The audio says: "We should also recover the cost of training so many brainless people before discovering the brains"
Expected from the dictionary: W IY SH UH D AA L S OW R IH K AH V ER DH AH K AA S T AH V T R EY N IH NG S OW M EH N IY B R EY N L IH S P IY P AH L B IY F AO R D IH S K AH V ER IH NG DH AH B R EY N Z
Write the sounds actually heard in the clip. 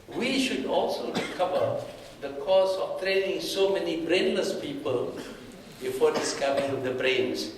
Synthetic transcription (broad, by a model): W IY SH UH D AA L S OW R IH K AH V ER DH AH K AA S AH F T R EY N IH NG S OW M EH N IY B R EY N L IH S P IY P AH L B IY F AO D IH S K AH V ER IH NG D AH B R EY N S